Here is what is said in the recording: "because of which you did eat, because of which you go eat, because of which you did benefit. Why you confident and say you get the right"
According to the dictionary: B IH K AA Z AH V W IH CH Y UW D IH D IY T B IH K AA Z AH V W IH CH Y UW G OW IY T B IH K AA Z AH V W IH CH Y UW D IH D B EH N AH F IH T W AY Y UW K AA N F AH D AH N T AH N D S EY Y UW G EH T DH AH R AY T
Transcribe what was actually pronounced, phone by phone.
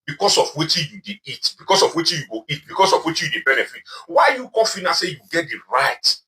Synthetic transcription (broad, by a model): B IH K AA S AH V W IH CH Y UW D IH IY T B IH K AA S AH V W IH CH Y UW G OW IY T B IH K AA S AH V W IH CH Y UW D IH B EH N AH F IH T W AY Y UW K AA F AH N AH S EY Y UW G EH T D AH R AY T